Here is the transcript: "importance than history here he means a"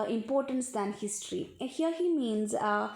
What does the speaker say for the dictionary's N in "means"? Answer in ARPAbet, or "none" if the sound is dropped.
N